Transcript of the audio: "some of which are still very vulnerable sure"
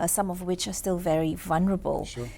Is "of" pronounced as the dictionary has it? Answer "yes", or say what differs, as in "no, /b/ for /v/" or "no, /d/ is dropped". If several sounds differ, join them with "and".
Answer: yes